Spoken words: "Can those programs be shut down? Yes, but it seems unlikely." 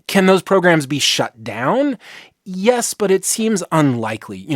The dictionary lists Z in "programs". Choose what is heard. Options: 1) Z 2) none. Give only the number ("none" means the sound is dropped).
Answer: 1